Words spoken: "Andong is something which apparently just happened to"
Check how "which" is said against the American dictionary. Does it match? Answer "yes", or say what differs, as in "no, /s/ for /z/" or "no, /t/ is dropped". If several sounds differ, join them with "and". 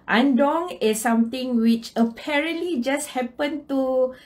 yes